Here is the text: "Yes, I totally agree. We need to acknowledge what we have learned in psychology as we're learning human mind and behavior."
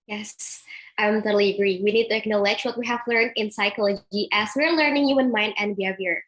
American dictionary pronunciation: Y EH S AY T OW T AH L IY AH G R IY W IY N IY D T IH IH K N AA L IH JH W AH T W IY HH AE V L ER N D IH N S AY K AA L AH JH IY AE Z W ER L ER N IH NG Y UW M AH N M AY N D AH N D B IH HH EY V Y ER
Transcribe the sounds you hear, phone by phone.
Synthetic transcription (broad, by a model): Y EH S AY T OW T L IY AH G R IY W IY N IY D T IH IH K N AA L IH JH W AH T W IY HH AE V L ER N D IH N S AY K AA L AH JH IY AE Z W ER L ER N IH NG Y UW AH N M AY N D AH N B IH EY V Y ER